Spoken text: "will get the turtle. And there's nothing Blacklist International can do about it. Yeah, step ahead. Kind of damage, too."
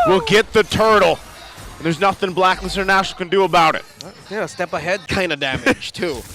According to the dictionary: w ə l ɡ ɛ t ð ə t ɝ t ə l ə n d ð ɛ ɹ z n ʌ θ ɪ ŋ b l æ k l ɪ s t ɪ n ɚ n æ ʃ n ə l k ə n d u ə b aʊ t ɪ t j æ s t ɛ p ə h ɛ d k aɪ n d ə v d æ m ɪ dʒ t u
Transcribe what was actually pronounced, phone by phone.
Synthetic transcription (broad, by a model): w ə l ɡ ɛ t ð ə t ɝ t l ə n ð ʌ ɹ z n ʌ θ ɪ ŋ b l æ k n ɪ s ɪ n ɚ n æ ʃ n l k ə n d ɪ ə b aʊ t ɪ t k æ s t ɛ p ə h ɛ d k aɪ n d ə d æ m ɪ dʒ t u